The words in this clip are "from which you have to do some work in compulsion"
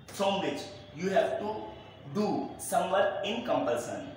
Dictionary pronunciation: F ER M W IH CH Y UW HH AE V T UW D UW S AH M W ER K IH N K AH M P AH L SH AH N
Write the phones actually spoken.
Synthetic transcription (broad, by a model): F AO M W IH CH Y UW HH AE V T UW D UW S AH M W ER IH N K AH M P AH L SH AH N